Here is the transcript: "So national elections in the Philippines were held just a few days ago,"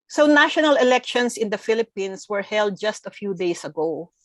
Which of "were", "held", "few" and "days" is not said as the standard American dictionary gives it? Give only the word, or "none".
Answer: days